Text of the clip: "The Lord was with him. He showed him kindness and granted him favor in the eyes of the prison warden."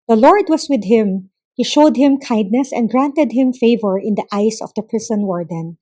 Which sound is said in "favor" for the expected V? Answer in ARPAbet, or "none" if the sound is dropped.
V